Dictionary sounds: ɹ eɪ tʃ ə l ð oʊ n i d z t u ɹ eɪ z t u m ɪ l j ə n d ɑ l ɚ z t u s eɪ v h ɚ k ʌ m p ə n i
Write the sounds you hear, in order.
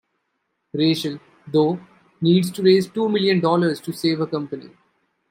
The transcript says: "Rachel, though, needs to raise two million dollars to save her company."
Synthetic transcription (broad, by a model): ɹ eɪ ʃ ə l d oʊ n i d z t u ɹ eɪ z t u m ɪ l j ə n d ɑ l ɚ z t u s eɪ v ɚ k ʌ m p ə n i